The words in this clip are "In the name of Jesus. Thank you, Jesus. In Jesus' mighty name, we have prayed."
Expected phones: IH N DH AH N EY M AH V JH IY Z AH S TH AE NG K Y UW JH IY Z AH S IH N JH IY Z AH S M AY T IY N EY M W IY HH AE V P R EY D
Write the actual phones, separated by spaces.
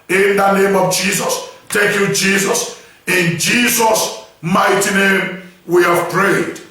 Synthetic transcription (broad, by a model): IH N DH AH N EY M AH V JH IY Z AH S T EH K Y UW JH IY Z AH S IH N JH IY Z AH S M AY T IY N EY M W IY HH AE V P R EY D